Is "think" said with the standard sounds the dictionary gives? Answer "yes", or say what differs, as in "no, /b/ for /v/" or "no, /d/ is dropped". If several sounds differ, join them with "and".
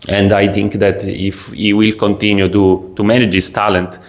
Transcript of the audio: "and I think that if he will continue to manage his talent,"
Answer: no, /t/ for /θ/